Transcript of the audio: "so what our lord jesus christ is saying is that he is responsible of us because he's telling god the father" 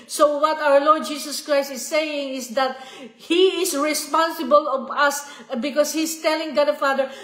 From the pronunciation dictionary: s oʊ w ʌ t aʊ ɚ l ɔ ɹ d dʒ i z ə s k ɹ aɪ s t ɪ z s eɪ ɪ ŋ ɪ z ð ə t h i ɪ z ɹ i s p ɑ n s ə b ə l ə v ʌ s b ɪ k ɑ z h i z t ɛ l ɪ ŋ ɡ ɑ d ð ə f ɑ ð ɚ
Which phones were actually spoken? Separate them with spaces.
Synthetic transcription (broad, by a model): s oʊ w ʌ t aʊ ɚ l ɔ ɹ d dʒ i s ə s k ɹ aɪ s t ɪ s eɪ ɪ ŋ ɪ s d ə t h i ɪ s ɹ i s p ɑ n s ə b ə l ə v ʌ s b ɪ k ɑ s h i s t ɛ l ɪ ŋ ɡ ɑ d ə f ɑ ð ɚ